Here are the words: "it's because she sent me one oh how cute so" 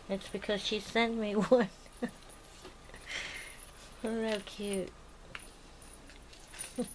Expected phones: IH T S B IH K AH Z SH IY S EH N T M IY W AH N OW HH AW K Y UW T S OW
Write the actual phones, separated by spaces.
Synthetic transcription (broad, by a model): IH T S B IH K AH Z SH IY S EH N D M IY W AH N OW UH K Y UW T